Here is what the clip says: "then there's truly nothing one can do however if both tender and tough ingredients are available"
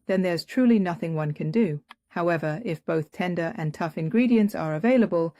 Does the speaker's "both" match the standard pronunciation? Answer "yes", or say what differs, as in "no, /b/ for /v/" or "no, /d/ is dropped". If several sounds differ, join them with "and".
yes